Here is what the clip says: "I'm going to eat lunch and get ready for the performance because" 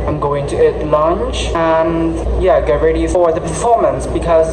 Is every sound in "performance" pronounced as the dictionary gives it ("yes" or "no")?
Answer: yes